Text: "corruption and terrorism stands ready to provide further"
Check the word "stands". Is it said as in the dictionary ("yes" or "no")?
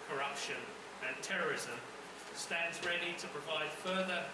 yes